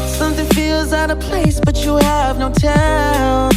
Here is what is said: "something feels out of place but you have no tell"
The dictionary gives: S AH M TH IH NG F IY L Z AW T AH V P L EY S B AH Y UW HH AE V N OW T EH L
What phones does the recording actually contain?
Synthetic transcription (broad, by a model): S AH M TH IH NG F IY L Z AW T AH P L EY S B AH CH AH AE V N OW T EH